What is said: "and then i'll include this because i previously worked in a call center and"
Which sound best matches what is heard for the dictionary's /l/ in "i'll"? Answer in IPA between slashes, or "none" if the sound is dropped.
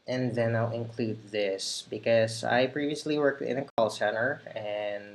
/l/